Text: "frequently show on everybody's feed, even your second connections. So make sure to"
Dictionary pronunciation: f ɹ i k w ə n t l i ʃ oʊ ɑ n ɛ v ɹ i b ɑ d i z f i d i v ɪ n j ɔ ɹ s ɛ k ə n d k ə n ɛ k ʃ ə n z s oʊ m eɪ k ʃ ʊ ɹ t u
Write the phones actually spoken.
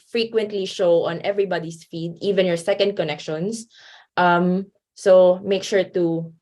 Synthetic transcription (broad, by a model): f ɹ i k w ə n t l i ʃ oʊ ɑ n ɛ v ɹ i b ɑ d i s f i d i v ɪ n j ɔ ɹ s ɛ k ə n d k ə n ɛ k ʃ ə n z s oʊ m eɪ k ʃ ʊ ɹ t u